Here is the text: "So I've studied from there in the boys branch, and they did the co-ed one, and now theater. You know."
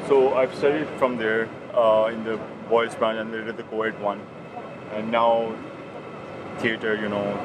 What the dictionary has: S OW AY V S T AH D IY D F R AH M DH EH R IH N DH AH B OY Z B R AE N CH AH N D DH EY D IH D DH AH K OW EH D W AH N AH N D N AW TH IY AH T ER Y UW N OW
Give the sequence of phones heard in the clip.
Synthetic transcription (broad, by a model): S OW AY V S T AH D IY D F R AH M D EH R IH N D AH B OY S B R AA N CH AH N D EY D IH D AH K OW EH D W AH N AH N D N AW T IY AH T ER Y UW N OW